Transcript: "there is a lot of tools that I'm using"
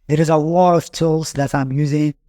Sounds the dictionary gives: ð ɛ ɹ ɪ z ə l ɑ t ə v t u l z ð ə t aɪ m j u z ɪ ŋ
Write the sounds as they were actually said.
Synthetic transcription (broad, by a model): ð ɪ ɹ ɪ z ə w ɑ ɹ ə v t u l z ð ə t aɪ m j u z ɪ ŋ